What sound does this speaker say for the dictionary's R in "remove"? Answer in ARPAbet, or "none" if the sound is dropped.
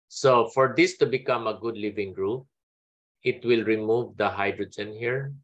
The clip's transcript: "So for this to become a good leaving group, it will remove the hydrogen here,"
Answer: R